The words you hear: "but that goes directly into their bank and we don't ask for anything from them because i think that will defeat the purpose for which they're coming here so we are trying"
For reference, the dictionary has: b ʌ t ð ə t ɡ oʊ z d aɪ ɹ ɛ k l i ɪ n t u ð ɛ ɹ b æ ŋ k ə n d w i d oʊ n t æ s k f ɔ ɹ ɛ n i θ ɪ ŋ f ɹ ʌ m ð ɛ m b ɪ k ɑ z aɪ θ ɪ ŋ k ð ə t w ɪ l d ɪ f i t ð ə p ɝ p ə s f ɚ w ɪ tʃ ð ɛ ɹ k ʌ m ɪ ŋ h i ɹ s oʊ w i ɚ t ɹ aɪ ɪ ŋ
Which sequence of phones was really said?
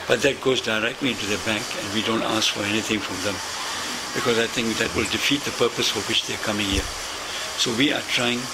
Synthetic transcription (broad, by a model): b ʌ t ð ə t ɡ oʊ z d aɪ ɹ ɛ k l i ɪ n t u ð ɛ b æ ŋ k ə n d w i d oʊ n t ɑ s k f ɔ ɹ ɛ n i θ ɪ ŋ f ɹ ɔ m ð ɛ m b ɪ k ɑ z aɪ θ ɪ ŋ k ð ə t w ɪ l d ɪ f i t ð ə p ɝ p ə s f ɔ w ɪ tʃ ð ɛ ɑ k ʌ m ɪ ŋ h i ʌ s oʊ w i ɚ t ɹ aɪ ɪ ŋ